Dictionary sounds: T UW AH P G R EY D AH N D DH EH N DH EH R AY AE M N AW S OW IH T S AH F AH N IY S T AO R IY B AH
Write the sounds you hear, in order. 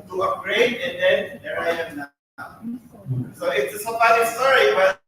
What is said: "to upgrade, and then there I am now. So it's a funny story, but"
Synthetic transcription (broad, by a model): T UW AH G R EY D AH N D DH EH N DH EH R AY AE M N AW S OW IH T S AH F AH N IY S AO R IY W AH